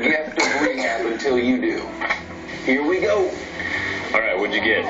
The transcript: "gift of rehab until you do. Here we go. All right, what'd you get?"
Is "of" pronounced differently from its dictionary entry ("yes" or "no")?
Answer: yes